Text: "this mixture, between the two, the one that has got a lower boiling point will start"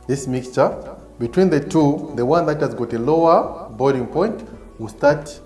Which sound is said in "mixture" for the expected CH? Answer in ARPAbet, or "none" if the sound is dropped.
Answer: CH